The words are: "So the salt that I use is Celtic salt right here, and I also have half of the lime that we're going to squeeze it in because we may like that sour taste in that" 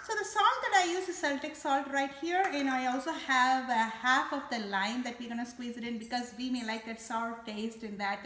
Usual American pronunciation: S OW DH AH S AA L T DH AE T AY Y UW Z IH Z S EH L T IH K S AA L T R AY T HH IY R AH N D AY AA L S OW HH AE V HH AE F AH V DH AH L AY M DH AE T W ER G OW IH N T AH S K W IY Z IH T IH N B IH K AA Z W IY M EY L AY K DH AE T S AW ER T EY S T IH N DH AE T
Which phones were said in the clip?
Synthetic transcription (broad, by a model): S OW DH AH S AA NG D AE T AY Y UW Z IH S EH L T IH K S AA L T R AY T HH IY R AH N AY AA L S OW HH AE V HH AE F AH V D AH L AY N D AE T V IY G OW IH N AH S K W IY Z IH T IH N B IH K AA Z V IY M EY L AY K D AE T S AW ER T EY S T IH N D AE T